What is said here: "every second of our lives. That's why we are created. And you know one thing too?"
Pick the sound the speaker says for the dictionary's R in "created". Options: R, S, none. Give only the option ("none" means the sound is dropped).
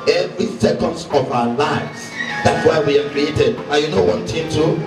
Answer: R